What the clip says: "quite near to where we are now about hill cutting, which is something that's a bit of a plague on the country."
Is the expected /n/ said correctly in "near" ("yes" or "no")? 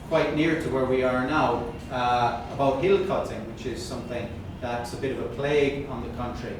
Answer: yes